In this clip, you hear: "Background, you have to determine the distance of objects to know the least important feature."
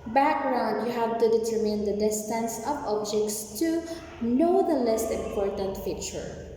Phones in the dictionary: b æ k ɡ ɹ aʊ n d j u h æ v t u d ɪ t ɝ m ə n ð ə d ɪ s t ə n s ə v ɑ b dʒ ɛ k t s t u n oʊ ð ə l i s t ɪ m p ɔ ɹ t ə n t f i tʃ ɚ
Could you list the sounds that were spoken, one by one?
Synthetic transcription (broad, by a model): b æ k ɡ ɹ aʊ n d j u h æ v t u d ɪ t ɝ m ə n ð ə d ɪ s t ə n s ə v ɑ b dʒ ɛ k t s t u n oʊ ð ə l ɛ s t ɪ m p ɔ ɹ t ə n t f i tʃ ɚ